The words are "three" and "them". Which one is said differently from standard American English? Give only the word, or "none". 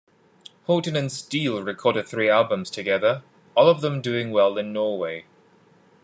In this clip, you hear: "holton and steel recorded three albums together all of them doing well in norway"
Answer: none